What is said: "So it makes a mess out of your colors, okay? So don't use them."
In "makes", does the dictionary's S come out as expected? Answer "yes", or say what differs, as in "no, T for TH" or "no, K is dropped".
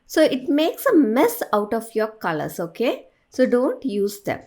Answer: yes